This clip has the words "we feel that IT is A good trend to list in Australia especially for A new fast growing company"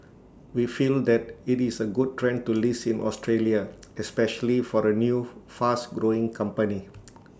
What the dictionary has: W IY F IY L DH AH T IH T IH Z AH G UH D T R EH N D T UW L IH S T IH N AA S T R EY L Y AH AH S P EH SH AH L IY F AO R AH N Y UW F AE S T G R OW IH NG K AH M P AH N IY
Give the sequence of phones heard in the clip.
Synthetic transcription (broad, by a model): W IY F IY L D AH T IH T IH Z AH G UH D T R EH N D T UW L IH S IH N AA S T R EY L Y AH AH S P EH SH AH L IY F AO R AH N Y UW F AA S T G R OW IH NG K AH M P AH N IY